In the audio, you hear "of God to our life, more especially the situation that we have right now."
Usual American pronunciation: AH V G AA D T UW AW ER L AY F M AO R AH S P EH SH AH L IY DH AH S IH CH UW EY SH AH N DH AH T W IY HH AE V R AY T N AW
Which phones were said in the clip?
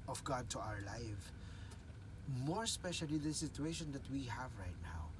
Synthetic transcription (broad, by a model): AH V G AA D T UW AW ER L AY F M AO R S P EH SH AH L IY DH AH S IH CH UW EY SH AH N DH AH T W IY HH AE V R AY T N AW